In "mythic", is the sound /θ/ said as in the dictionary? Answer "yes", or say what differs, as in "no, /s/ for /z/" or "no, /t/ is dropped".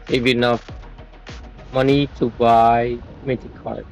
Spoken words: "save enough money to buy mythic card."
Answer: no, /t/ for /θ/